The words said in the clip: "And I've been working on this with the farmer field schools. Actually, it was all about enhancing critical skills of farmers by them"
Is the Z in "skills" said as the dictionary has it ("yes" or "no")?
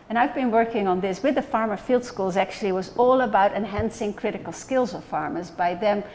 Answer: yes